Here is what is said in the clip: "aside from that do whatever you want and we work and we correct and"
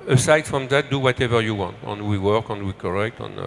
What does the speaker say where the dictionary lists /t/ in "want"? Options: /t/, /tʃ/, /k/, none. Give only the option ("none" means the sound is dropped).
/t/